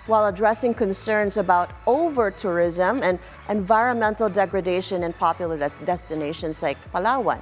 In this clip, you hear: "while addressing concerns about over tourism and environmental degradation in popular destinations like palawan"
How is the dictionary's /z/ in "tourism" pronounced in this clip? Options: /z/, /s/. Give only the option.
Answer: /z/